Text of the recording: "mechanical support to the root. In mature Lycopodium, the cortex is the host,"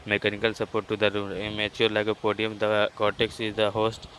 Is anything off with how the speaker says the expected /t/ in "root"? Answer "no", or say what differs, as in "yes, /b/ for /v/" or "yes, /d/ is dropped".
yes, /t/ is dropped